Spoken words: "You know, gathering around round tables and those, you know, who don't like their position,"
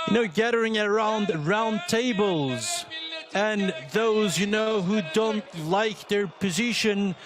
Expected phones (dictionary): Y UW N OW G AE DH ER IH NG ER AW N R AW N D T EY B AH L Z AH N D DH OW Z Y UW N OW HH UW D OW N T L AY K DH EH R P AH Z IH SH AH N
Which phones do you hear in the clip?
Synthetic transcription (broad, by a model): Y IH N OW G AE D ER IH NG ER AW N R AW N T EY B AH L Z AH N DH OW Z Y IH N OW HH UW D OW N T L AY K DH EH R P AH Z IH SH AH N